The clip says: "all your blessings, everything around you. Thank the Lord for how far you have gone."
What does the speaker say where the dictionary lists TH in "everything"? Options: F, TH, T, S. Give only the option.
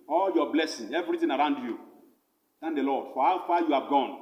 T